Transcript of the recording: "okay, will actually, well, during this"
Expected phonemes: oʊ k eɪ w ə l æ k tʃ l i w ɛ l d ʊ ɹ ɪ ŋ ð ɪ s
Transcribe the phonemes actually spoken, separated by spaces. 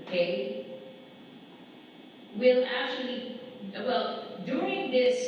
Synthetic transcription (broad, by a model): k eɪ w ə l æ k tʃ l i w ɛ l d ʊ ɹ ɪ ŋ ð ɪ s